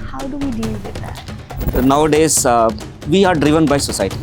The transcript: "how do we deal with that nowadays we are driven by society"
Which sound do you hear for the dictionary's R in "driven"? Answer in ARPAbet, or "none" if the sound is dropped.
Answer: R